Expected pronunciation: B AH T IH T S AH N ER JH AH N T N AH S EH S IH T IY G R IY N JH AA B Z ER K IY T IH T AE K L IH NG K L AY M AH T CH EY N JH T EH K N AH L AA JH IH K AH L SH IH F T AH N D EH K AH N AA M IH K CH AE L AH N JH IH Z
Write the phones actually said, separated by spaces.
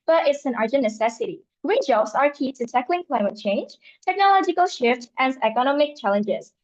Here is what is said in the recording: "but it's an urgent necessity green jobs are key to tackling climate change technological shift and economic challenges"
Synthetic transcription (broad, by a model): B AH T IH T S AH N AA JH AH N N AH S EH S IH T IY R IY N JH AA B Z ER K IY T IH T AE K L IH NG K L AY M AH T CH EY N JH T EH K N AH L AA JH IH K AH L SH IH F T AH N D EH K AH N AA M IH K CH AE L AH N JH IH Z